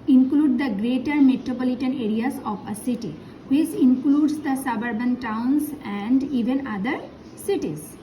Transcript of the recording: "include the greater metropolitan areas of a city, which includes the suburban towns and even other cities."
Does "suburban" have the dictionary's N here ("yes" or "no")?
yes